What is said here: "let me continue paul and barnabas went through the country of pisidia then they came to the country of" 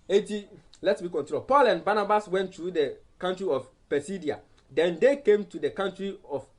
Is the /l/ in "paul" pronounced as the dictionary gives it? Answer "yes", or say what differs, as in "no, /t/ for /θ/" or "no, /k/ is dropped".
yes